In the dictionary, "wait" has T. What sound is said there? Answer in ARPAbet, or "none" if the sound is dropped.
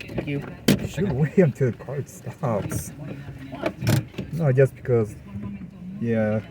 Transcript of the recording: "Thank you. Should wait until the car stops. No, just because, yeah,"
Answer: none